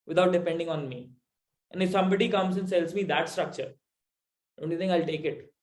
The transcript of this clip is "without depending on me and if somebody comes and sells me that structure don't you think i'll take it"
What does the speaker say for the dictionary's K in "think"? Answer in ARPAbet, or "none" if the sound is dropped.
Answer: none